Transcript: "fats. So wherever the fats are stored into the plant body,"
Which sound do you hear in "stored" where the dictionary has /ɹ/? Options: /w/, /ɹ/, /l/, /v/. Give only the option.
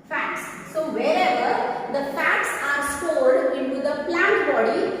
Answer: /l/